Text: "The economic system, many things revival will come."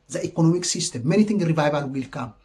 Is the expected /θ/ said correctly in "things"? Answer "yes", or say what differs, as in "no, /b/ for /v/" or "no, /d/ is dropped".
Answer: no, /t/ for /θ/